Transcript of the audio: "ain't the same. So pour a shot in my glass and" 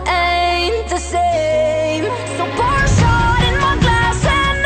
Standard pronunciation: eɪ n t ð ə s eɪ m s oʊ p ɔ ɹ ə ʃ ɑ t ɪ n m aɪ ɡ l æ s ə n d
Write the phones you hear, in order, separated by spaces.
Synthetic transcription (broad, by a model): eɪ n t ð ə s eɪ m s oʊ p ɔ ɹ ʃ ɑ ɪ n m aɪ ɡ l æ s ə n